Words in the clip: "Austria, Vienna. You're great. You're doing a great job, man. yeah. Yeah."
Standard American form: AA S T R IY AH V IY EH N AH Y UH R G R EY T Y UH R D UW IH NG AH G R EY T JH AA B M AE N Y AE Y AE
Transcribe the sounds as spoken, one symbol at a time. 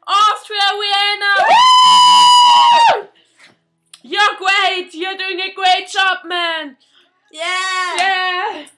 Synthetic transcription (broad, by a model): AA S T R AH W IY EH N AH Y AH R G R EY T Y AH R D UW IH NG AH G R EY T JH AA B M AE N Y AE Y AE